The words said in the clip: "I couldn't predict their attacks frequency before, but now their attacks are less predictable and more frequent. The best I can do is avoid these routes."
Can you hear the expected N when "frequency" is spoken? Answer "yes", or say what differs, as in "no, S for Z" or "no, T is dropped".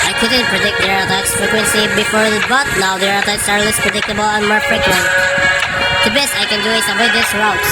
yes